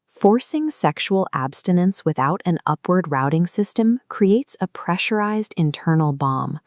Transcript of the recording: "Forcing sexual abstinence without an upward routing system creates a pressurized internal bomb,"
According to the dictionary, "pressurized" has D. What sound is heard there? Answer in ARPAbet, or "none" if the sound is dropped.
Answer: D